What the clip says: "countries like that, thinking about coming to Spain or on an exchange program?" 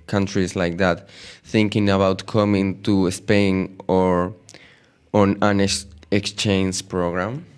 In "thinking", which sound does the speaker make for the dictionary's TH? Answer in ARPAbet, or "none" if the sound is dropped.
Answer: TH